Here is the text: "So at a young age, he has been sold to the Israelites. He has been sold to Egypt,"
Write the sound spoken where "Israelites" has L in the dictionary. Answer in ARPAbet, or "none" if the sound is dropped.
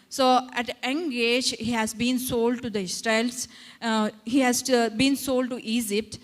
none